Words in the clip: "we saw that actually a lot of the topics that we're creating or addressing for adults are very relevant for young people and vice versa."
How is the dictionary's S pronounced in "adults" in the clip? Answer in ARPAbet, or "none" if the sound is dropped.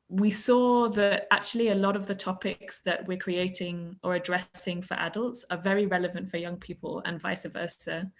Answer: S